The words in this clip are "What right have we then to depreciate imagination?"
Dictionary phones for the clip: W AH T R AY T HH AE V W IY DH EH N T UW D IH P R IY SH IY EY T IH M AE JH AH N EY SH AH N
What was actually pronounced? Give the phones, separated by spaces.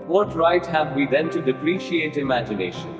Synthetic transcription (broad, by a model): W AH T R AY T HH AE V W IY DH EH N T UW D IH P R IY SH IY EY T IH M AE JH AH N EY SH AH N